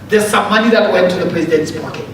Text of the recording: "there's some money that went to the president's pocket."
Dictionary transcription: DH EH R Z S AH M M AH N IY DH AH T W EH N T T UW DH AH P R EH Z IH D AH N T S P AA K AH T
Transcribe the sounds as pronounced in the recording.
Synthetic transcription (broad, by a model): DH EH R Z S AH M M AH N IY DH AH T W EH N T T UW DH AH P R EH Z IH D AH N T S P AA K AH T